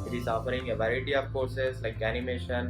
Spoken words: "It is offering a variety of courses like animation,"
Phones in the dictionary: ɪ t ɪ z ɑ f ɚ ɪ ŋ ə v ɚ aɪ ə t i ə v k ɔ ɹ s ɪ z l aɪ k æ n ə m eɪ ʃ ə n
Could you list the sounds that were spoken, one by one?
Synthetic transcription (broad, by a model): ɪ t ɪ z ɑ f ɚ ɪ ŋ ə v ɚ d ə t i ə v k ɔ s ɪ s l aɪ k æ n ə m eɪ ʃ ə n